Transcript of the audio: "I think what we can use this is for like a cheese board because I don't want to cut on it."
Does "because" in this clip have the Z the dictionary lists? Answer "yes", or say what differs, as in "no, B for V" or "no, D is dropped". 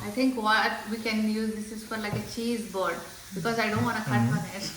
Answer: yes